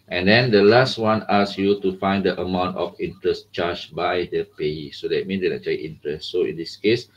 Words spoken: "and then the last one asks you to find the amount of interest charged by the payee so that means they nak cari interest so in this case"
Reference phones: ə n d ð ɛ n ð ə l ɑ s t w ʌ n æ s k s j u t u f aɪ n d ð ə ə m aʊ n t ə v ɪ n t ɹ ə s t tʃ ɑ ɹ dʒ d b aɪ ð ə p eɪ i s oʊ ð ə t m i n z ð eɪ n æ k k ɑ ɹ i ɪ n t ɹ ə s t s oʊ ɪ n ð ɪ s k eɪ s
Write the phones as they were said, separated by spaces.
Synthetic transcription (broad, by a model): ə n d ɛ n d ə l ɑ s t w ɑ n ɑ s s j u t u f aɪ n d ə ə m aʊ n t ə f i n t ɹ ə s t tʃ ɑ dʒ b aɪ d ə p eɪ i s oʊ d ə t m i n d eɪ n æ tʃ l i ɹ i n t ɹ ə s s oʊ ɪ n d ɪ s k eɪ s